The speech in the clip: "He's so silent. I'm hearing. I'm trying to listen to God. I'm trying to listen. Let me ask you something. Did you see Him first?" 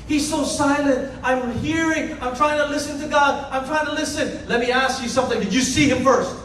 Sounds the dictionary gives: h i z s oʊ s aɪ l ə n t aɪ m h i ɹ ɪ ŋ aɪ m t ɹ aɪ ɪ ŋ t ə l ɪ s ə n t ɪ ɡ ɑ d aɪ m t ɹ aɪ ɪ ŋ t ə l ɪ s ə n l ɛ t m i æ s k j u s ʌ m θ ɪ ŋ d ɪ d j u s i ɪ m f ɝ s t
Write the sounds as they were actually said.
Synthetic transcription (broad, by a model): h i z s oʊ s aɪ l ə n t aɪ m h i ɹ ɪ ŋ aɪ m t ɹ aɪ ɪ ŋ t ə l ɪ s ə n t ɪ ɡ ɑ d aɪ m t ɹ aɪ ɪ ŋ t ə l ɪ s ə n l ɛ t m i æ s k j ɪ s ʌ m θ ɪ ŋ d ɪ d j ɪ s i ɪ m f ɝ s t